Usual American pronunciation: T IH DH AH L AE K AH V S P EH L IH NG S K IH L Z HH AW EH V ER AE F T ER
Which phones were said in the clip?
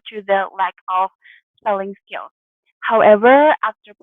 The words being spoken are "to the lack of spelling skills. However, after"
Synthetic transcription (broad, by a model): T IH DH AH L AE K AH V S EH L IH NG S K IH L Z HH AW EH V ER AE F T ER